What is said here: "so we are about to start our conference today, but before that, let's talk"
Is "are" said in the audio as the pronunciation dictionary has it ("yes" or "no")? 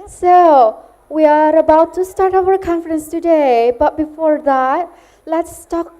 yes